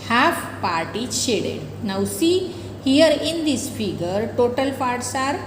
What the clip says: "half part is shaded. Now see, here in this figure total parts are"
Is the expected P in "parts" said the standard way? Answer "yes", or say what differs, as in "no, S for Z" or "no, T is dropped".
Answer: no, F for P